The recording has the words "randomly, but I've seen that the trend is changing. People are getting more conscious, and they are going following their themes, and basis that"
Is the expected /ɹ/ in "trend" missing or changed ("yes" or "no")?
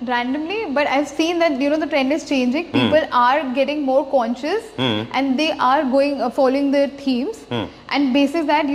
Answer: no